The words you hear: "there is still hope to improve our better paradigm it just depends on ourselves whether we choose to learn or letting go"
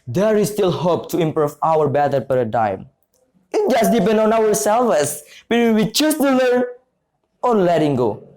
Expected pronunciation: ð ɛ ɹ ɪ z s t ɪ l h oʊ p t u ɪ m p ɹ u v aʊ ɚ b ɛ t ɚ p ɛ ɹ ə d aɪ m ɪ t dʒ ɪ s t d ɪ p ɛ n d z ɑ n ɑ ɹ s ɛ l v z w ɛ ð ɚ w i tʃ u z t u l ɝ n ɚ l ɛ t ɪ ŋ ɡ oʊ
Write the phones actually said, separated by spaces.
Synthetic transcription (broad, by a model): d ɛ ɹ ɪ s t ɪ l h oʊ p t u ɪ m p ɹ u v aʊ ɚ b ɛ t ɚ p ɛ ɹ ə d aɪ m ɪ t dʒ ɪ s d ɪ p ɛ n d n ɑ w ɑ ɹ s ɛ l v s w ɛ ɚ w i tʃ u s t u l ɝ n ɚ l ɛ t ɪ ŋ ɡ oʊ